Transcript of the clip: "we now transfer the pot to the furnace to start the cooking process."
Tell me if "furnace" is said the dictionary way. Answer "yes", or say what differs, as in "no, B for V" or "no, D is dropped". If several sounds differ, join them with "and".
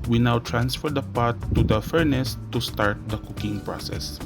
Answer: yes